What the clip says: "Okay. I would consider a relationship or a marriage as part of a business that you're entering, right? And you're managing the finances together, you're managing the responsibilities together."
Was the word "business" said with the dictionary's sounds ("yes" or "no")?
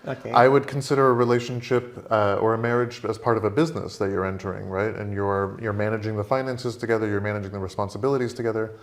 yes